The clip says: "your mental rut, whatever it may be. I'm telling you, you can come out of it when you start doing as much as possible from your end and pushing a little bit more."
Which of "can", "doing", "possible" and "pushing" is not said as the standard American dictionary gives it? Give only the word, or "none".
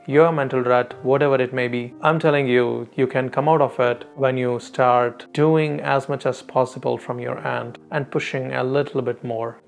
none